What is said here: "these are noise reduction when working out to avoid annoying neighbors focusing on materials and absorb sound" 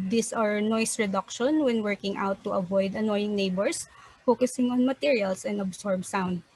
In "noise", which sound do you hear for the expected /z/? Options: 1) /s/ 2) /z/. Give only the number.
1